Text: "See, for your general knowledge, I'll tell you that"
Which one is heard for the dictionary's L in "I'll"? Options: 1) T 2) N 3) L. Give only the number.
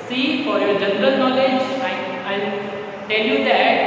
2